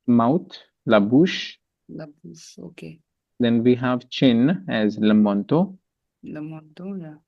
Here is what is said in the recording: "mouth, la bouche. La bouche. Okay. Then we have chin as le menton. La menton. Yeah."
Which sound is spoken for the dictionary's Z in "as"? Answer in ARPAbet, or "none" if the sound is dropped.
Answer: Z